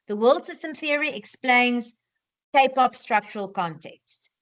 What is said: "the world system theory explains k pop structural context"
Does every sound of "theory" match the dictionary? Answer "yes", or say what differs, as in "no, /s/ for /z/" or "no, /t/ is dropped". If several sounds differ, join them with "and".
yes